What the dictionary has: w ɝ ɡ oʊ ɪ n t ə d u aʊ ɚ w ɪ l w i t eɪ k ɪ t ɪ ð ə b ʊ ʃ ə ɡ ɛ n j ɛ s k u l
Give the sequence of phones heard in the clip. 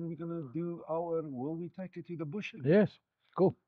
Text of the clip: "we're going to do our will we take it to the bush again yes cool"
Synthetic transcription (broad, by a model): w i ɡ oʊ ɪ n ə d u aʊ ɚ w ɪ l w i t eɪ k ɪ t ɪ ð ə b ʊ ʃ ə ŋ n j ɛ s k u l